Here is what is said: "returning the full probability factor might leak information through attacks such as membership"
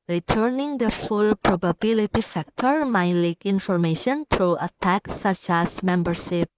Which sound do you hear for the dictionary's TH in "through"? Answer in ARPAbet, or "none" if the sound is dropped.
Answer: T